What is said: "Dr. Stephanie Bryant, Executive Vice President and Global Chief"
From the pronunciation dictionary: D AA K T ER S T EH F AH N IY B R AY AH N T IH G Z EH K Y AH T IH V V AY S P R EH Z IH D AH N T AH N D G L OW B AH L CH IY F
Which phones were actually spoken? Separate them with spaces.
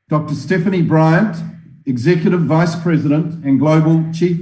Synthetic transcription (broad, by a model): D AA K T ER S T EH F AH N IY B R AY AH N T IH G Z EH K Y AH T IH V V AY S P R EH Z IH D AH N T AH N G L OW B AH L CH IY F